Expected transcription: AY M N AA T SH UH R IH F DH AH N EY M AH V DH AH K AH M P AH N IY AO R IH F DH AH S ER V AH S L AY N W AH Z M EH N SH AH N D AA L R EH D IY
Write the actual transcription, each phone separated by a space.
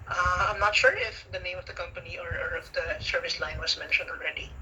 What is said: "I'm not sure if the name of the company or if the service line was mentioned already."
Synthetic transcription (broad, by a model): AY M N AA T SH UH R IH F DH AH N EY M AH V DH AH K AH M P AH N IY AO R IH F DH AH S ER V AH S L AY N W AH S M EH N SH AH N D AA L R EH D IY